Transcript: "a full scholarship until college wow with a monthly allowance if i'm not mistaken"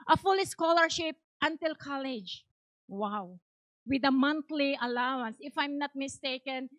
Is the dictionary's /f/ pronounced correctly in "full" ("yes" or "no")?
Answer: yes